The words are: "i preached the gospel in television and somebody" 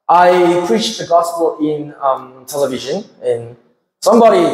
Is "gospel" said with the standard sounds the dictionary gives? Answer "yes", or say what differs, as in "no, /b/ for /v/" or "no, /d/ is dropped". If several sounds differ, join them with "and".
no, /n/ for /l/